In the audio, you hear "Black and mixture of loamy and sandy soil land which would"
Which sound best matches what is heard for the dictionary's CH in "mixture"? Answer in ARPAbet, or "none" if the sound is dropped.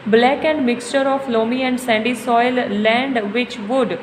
CH